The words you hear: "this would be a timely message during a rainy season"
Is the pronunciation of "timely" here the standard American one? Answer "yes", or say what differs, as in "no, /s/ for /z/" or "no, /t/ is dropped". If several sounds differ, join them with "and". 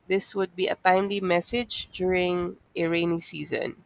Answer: yes